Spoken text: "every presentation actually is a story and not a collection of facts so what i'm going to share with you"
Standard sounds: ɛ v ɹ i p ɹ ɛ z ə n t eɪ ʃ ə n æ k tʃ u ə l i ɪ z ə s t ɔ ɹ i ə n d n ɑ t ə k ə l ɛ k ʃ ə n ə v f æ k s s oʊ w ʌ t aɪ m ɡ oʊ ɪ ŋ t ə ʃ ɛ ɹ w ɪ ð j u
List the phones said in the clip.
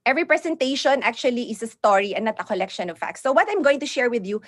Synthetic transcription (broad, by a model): ɛ v ɹ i p ɹ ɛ s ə n t eɪ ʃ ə n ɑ k tʃ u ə l i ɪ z ə s t ɔ ɹ i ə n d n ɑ t ə k ə l ɛ k ʃ ə n ə v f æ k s s oʊ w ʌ t aɪ m ɡ oʊ ɪ ŋ t ə ʃ ɛ ɹ w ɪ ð j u